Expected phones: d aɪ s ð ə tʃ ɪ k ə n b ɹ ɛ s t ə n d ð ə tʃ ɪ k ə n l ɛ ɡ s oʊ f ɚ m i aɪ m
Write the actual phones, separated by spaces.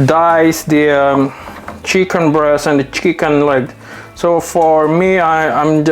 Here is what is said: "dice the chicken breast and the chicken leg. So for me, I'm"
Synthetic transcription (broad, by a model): d aɪ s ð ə tʃ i k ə n b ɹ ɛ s ə n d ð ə tʃ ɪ k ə n l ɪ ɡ s oʊ f ɚ m i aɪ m